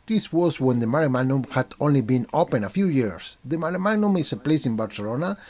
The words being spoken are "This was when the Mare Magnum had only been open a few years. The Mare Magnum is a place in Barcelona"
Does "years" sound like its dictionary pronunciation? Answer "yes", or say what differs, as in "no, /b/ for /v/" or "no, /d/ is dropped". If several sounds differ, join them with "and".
no, /s/ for /z/